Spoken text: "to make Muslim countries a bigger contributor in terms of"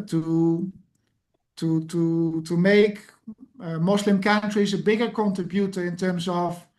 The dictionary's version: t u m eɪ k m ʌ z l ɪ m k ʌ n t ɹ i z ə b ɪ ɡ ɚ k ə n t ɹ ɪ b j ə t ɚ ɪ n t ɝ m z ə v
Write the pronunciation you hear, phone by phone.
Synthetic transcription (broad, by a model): t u m eɪ k m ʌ s l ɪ m k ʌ n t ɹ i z ə b ɪ ɡ ɚ k ə n t ɹ ɪ b j ə t ɚ ɪ n t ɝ m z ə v